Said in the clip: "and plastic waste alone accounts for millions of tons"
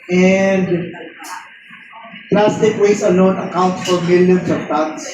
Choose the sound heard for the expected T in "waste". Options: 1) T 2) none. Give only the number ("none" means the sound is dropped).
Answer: 2